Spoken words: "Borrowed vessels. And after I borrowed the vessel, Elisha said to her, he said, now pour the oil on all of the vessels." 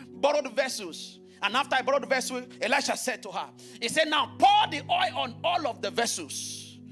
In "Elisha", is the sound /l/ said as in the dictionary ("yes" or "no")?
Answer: no